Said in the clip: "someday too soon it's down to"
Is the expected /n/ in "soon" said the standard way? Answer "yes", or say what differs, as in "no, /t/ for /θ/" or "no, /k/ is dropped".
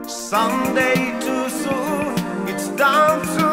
no, /n/ is dropped